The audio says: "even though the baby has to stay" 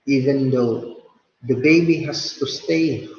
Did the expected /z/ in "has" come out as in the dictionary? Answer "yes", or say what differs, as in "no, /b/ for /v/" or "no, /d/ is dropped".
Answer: no, /s/ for /z/